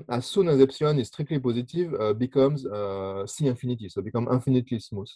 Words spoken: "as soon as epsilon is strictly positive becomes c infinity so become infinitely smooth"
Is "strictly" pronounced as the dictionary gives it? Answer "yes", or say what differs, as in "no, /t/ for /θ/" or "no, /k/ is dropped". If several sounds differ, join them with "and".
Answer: no, /l/ is dropped